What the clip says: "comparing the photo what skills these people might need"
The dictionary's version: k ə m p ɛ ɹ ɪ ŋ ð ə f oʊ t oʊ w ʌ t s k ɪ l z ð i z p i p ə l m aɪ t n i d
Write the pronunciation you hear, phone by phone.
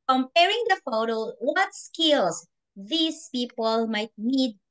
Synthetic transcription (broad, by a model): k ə m p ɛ ɹ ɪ ŋ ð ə f oʊ t oʊ w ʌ t s k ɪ l s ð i s p i p ə l m aɪ t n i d